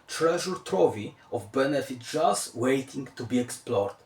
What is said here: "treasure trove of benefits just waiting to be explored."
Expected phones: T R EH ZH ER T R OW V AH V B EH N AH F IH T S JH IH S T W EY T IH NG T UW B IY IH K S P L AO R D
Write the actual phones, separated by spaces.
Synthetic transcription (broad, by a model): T R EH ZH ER T R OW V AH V B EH N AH F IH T JH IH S W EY T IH NG T UW B IY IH K S P L AO R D